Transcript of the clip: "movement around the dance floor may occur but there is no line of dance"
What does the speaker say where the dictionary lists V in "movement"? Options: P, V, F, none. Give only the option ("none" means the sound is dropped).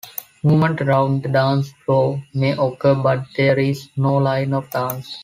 none